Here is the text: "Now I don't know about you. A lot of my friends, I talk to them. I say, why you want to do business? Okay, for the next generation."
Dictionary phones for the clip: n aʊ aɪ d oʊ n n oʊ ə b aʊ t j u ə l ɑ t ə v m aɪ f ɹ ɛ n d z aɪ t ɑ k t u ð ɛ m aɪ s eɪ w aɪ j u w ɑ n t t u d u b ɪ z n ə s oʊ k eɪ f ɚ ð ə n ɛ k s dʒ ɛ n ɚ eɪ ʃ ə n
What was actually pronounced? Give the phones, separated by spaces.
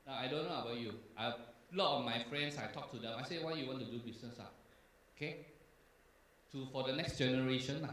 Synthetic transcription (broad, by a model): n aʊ aɪ d oʊ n n oʊ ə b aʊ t j u ə l ɑ t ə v m aɪ f ɹ ɛ n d s aɪ t ɑ k t u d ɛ m aɪ s eɪ w aɪ j u w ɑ n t t u d u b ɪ s n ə s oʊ k eɪ f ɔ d ə n ɛ k s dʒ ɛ n ɚ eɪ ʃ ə n